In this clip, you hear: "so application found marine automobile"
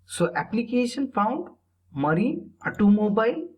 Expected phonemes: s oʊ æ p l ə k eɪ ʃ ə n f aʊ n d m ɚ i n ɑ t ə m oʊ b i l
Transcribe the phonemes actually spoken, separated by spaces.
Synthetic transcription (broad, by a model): s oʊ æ p l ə k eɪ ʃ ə n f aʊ n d m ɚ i ɑ t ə m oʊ b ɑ l